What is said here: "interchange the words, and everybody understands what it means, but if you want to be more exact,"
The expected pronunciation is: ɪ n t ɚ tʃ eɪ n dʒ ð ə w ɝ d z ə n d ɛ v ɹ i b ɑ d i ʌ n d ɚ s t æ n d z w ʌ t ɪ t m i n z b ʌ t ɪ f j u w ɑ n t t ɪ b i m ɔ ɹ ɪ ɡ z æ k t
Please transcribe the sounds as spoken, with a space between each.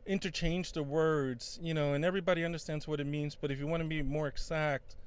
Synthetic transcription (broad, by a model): ɪ n t ɚ tʃ eɪ n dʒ ð ə w ɝ d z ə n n ɛ v ɹ i b ɑ d i ʌ n d ɚ s t æ n d z w ʌ t ɪ t m i n z b ʌ t ɪ f j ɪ w ɑ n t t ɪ b i m ɔ ɹ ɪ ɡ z æ k t